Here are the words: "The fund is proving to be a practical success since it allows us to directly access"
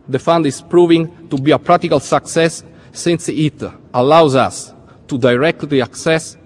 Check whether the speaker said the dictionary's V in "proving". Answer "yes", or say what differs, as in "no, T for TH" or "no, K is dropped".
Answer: yes